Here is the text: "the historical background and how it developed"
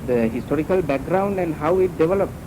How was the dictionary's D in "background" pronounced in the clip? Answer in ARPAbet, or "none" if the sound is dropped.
D